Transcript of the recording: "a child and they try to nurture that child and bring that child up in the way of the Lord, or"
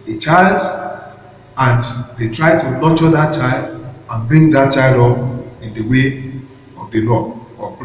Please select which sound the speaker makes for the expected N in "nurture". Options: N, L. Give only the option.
L